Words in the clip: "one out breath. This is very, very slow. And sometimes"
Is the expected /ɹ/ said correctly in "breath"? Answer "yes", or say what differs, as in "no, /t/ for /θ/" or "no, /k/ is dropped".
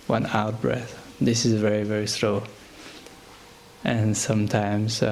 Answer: yes